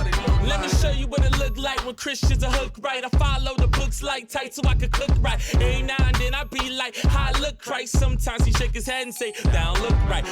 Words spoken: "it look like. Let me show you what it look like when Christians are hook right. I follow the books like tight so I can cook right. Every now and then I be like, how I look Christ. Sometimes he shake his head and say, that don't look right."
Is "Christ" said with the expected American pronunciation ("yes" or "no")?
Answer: no